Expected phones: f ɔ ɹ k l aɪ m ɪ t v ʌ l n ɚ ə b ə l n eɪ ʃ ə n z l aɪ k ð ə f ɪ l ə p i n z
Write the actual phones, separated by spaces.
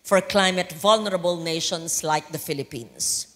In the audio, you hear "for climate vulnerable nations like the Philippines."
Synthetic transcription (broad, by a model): f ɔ ɹ k l aɪ m ɪ t v ʌ l n ɚ ə b ə l n eɪ ʃ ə n s l aɪ k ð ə f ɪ l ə p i n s